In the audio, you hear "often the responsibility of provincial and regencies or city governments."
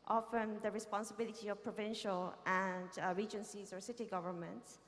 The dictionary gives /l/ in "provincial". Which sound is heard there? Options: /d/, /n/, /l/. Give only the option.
/l/